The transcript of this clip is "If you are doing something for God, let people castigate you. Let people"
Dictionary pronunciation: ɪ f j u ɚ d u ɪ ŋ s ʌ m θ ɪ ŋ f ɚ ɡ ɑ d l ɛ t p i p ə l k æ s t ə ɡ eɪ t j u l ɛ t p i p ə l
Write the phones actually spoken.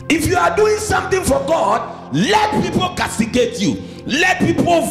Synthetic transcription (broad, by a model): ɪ f j u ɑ d u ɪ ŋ s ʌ m t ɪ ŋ f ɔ ɡ ɑ d l ɛ t p i p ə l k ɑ s t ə ɡ eɪ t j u l ɛ t p i p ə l